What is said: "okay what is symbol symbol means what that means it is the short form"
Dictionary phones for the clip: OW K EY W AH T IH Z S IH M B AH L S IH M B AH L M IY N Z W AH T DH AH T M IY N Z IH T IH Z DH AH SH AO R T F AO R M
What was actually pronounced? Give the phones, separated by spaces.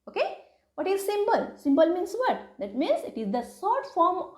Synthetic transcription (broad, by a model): OW K EY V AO T IH Z S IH M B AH L S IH M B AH L M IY N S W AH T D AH T M IY N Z IH T IH Z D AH S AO R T F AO R M